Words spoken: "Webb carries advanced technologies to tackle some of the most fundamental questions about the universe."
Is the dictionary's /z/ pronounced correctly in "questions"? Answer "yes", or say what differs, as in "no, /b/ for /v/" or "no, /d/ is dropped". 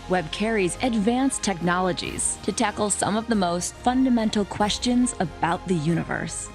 yes